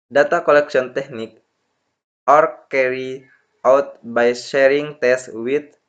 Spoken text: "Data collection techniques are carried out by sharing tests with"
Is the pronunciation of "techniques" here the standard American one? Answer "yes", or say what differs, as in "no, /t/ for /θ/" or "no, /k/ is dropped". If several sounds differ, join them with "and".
no, /s/ is dropped